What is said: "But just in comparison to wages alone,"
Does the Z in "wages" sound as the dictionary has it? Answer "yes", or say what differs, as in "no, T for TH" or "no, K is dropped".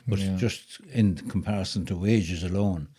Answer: yes